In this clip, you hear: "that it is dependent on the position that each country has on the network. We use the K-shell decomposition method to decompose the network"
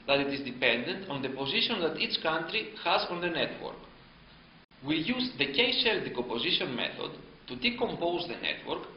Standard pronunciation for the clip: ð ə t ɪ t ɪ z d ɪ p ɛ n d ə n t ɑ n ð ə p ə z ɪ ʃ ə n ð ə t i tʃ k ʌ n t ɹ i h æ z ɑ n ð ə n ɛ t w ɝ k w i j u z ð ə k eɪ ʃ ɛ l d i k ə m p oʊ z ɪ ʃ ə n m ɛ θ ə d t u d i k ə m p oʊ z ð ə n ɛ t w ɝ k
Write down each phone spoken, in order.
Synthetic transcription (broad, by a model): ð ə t ɪ t ɪ z d ɪ p ɛ n d ə n t ɑ n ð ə p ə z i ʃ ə n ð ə t i tʃ k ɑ n t ɹ i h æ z ɑ n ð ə n ɛ t w ɝ k w i j u z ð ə k eɪ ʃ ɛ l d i k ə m p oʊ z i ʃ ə n m ɛ θ ə d t u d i k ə m p oʊ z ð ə n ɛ t w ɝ k